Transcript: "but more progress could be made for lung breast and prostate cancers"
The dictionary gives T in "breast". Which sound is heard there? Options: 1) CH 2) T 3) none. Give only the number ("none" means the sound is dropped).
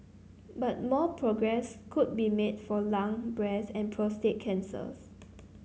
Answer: 3